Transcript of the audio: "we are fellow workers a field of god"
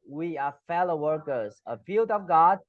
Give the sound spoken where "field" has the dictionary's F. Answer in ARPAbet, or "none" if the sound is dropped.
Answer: P